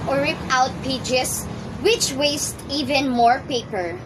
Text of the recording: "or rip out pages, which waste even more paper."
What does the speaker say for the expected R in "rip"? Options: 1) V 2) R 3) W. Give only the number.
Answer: 2